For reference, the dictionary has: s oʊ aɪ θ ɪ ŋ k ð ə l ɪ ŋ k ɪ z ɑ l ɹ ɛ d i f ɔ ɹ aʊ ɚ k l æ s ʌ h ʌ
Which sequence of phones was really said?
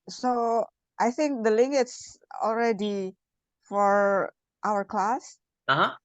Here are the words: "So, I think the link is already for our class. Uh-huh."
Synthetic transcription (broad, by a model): s oʊ aɪ θ ɪ ŋ k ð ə l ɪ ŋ ɪ s ɑ l ɹ ɛ d i f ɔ ɹ aʊ ɚ k l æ s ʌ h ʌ